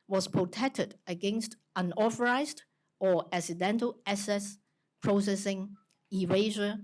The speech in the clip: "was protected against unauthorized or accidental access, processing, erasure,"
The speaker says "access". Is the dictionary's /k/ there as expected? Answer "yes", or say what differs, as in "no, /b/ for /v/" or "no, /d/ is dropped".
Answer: no, /k/ is dropped